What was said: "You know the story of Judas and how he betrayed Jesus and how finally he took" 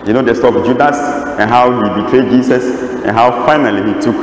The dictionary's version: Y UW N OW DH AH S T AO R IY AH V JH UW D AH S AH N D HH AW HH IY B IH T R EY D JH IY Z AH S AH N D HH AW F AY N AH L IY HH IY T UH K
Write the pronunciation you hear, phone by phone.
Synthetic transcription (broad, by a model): Y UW N OW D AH S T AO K JH UW D AH S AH N HH AW HH IY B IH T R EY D JH IY S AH S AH N HH AW F AY N AH L IY HH IY T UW K